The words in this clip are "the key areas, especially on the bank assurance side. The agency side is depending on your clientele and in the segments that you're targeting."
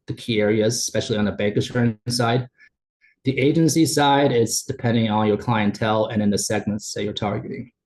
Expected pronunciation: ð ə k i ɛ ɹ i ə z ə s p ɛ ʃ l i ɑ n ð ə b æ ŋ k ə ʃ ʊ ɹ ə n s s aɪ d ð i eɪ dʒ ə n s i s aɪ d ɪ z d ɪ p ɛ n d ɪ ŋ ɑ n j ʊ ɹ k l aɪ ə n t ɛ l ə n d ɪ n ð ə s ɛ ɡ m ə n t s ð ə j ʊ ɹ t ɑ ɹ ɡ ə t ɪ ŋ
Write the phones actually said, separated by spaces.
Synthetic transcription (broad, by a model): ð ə k i ɛ ɹ i ə z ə s p ɛ ʃ l i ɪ n ð ə b æ ŋ k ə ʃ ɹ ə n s s aɪ d ð i eɪ dʒ ə n s i s aɪ d ɪ s d ɪ p ɛ n d ɪ ŋ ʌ n j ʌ ɹ k l aɪ ə n t ɛ l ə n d ɪ n ð ə s ɛ ɡ m ə n t s ð ə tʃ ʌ ɹ t ɑ ɹ ɡ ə t ɪ ŋ